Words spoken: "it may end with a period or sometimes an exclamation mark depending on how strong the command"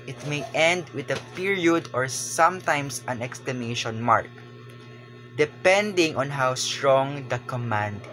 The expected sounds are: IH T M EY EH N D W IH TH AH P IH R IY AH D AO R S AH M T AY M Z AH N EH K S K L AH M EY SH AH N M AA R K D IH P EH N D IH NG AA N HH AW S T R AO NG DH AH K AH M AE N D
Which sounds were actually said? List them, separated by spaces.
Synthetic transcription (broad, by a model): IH T M EY EH N D W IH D AH P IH R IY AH D AO R S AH M T AY M S AH N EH K S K L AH M EY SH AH N M AA R K D IH P EH N D IH NG AA N HH AW S T R AO NG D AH K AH M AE N D